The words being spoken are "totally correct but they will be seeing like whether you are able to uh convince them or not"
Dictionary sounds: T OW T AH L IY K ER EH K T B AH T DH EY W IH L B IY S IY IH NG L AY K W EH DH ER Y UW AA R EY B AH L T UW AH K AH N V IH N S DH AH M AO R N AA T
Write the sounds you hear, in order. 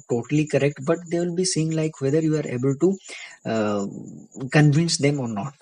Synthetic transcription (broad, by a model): T OW T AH L IY K ER EH K T B AH T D EY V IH L B IY S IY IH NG L AY K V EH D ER Y UW AA R EY B AH L T UW K AH N V IH N S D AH M AO R N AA T